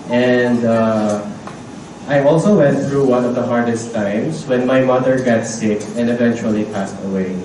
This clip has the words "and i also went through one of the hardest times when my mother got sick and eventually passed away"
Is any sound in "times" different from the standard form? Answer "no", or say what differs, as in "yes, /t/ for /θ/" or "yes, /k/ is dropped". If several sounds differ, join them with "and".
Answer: yes, /s/ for /z/